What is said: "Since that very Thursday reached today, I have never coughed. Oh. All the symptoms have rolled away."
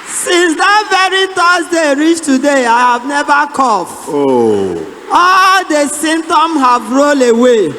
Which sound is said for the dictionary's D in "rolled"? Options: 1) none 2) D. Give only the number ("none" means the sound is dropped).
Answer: 1